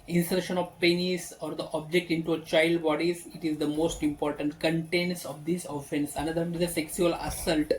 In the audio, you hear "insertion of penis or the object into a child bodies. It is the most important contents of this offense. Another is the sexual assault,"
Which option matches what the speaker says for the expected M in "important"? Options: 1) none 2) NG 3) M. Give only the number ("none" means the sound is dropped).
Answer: 3